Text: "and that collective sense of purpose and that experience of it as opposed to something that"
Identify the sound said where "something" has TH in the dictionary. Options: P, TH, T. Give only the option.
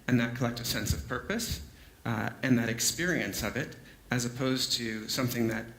TH